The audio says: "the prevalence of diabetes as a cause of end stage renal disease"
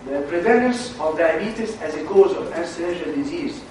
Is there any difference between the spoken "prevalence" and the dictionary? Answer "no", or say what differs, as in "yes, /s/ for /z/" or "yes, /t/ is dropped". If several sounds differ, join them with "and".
yes, /n/ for /l/ and /n/ is dropped